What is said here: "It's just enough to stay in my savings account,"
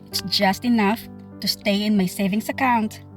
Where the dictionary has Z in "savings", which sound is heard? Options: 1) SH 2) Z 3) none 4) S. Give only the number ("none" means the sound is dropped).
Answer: 4